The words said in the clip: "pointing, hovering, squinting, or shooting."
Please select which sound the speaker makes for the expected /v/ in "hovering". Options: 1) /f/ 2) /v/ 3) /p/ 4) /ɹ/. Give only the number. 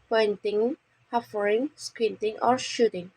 1